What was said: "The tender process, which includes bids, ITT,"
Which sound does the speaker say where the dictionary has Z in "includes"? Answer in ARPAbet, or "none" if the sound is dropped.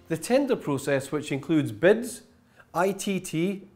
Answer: Z